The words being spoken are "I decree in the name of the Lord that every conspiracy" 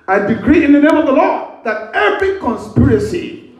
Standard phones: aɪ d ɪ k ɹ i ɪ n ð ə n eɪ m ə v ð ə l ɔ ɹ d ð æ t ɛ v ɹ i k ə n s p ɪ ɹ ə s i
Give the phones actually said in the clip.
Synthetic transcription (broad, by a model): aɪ d ɪ k ɹ i ɪ n ð ə n eɪ m ə v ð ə l ɔ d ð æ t ɛ v ɹ i k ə n s p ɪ ɹ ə s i